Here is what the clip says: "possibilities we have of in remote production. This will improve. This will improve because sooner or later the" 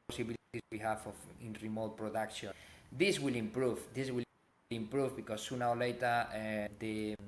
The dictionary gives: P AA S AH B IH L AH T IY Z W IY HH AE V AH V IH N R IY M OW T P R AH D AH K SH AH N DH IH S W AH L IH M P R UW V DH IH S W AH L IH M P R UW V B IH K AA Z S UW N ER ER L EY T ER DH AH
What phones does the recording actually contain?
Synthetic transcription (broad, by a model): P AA S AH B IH L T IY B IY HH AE F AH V IH N R IY M OW T P R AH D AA K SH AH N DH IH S W AH L IH M P R UW V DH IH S W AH L IH M P R UW V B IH K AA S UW N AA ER L EY T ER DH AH